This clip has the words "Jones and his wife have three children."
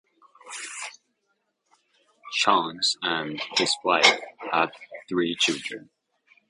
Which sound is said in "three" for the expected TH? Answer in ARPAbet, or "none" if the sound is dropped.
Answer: TH